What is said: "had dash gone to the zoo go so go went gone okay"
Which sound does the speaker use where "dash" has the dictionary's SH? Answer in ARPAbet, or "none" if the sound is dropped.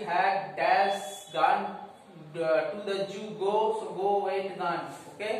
S